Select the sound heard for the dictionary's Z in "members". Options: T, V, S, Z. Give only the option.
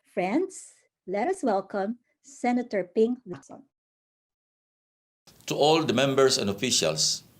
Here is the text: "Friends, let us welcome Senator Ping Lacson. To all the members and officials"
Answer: S